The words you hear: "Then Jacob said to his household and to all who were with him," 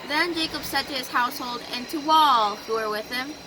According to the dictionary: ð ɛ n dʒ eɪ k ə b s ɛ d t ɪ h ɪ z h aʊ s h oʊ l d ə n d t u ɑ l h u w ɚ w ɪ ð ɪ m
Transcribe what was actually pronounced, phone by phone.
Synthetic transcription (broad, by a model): ð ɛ n dʒ eɪ k ə b s ɛ d t ɪ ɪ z h aʊ s h oʊ l d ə n t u ɑ l h u w ɚ w ɪ ð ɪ m